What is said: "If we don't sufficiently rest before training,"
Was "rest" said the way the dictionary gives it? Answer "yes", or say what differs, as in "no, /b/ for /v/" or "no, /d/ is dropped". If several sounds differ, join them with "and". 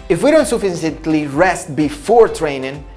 yes